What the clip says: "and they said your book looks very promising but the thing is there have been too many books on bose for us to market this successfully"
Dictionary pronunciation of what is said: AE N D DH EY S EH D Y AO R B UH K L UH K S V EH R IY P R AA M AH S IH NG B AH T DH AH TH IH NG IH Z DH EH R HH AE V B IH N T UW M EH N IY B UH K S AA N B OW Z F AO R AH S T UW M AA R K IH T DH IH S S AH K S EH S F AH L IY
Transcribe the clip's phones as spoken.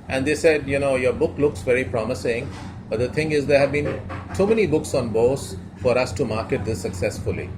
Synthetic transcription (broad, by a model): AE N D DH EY S EH D Y AO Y B UH K L UH K S V EH R IY P R AA M AH S IH NG B AH T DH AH T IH NG IH Z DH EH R HH AE V B IH N T UW M EH N IY B UH K S AA N B OW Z F AO R AH S T UW M AA R K IH T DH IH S S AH K S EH S F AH L IY